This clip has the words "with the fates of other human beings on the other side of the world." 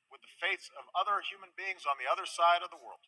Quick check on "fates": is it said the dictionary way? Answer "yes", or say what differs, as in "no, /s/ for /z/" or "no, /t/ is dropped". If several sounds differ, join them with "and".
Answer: yes